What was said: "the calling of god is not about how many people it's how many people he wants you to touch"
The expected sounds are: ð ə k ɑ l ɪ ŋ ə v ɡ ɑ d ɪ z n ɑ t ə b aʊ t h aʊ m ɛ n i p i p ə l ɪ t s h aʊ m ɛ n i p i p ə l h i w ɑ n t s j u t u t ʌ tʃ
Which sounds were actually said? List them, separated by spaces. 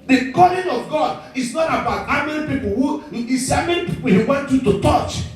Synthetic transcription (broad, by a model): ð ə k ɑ l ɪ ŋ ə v ɡ ɑ d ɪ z n ɑ t ə b aʊ t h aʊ m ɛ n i p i p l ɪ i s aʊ m ɛ n i p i p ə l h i w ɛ n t j u t u t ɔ tʃ